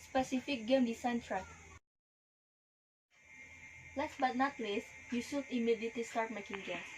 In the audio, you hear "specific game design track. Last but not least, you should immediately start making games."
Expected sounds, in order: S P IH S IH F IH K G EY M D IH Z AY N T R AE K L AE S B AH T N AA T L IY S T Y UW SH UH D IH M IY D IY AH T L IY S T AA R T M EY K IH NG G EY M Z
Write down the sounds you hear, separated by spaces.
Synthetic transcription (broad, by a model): S P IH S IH F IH K G EY M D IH S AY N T R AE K L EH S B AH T N AA T L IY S Y UW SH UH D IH M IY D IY T IY S T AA R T M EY K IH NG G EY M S